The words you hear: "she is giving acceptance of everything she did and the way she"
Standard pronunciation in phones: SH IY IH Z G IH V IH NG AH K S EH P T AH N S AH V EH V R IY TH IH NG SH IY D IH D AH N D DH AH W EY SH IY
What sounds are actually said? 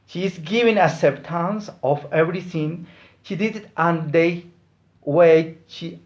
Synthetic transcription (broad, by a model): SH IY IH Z G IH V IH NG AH S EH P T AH N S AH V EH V R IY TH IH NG SH IY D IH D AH N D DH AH W EY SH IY